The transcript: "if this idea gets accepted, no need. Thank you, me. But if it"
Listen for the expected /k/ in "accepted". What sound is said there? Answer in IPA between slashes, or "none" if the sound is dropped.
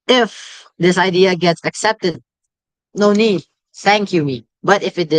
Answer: /k/